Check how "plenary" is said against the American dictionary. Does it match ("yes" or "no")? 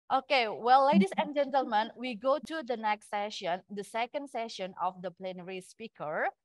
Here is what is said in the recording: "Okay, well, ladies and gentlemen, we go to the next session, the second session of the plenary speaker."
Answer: yes